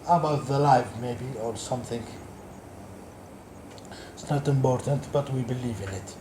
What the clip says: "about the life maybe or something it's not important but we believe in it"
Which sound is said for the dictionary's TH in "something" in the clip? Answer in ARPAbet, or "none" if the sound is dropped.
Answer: TH